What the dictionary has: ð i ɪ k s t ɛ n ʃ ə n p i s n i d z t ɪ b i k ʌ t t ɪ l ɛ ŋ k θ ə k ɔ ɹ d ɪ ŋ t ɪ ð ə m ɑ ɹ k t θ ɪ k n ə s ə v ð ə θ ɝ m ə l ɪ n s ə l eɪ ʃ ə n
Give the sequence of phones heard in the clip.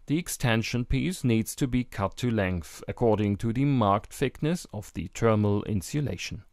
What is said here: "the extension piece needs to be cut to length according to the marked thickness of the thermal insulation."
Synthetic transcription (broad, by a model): ð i ɪ k s t ɛ n ʃ ə n p i s n i d z t ɪ b i k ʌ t t ɪ l ɛ ŋ k θ ə k ɔ ɹ d ɪ ŋ t ɪ ð ə m ɑ ɹ k t f ɪ k n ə s ə v ð ə t ɝ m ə l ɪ n s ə l eɪ ʃ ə n